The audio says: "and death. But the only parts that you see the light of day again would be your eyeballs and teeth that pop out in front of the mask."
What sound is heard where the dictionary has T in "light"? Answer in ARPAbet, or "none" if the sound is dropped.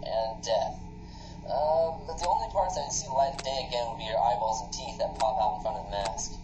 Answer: none